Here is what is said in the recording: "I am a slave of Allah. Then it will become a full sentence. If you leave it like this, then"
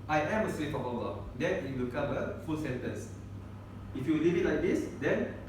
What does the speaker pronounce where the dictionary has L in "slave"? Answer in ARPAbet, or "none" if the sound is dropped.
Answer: W